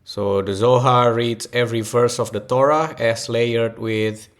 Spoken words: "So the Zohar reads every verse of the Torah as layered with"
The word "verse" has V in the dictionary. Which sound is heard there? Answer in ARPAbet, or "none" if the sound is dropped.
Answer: F